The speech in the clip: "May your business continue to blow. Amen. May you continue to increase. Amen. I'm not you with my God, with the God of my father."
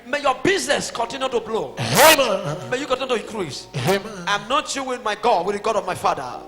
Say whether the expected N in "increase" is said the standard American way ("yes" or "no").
no